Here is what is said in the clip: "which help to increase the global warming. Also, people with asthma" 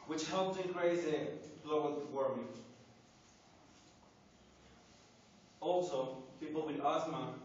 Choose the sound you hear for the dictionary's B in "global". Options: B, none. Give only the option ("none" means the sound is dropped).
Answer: none